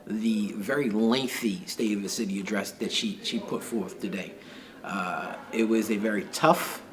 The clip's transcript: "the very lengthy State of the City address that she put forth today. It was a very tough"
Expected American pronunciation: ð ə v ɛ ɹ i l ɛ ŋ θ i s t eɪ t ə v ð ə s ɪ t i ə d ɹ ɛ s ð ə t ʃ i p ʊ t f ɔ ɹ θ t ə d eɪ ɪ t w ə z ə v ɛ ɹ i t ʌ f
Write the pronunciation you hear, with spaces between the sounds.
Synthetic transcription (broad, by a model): ð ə v ɛ ɹ i l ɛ ŋ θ i s t eɪ t ə v ð ə s ɪ t i ə d ɹ ɛ s ð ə t ʃ i p ʊ t f ɔ ɹ θ t ə d eɪ ɪ t w ə z ə v ɛ ɹ i t ʌ f